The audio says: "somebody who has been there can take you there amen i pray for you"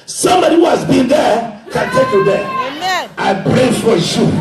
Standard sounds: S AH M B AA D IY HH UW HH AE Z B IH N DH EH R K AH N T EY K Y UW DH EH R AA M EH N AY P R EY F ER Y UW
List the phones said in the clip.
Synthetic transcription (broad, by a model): S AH M B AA D IY HH UW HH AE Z B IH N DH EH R K AH N T EY K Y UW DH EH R AA IH P R EY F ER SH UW